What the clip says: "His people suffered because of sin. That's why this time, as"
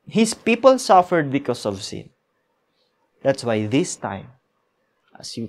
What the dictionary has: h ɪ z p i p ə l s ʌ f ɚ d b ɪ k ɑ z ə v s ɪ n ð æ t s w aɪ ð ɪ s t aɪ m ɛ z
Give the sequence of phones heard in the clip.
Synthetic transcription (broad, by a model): h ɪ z p i p ə l s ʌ f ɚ d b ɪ k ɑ s ə v s ɪ n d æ t s w aɪ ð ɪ s t aɪ m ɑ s